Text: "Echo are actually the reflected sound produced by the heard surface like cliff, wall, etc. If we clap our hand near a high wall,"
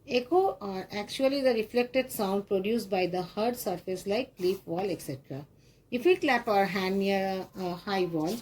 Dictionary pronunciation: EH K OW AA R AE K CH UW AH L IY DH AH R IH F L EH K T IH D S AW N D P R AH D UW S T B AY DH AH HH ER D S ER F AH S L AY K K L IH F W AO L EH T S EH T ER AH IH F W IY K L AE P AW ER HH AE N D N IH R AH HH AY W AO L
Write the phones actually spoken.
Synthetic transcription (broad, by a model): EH K OW AA R AE K CH UW AH L IY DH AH R IH F L EH K T IH D S AW N D P R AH D UW S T B AY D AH HH ER D S ER F AH S L AY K K L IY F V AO L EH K S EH T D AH IH F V IY K L AE P AW ER HH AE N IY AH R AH HH AY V AO L